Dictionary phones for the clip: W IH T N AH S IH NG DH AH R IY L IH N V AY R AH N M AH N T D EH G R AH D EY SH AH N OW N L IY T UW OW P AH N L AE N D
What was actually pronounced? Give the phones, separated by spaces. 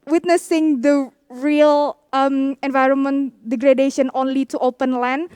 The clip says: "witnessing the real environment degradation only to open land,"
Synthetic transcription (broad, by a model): W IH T N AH S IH NG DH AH R IY L IH N V AY R AH N M AH N T D EH G R AH D EY SH AH N OW N L IY T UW OW P AH N L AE N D